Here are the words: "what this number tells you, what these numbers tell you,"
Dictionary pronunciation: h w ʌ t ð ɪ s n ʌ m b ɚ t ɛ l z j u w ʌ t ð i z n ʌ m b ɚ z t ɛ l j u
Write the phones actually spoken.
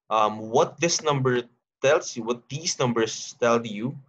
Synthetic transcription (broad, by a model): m w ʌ t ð ɪ s n ʌ m b ɚ t ɛ l s j u w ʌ t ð i s n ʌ m b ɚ s t ɛ l j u